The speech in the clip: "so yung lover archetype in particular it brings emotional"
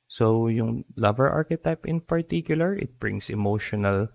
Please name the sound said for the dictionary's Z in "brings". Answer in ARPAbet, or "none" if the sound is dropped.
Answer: S